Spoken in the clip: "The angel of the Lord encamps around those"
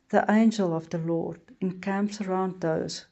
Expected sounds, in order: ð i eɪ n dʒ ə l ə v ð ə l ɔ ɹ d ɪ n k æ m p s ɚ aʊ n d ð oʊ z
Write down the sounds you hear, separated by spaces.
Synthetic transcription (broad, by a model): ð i eɪ n dʒ ə l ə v ð ə l ɔ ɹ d ɪ n k æ m p s ɚ aʊ n d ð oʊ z